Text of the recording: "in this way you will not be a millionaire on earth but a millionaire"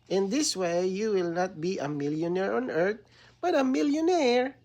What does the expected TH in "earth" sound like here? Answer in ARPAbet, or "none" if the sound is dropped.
T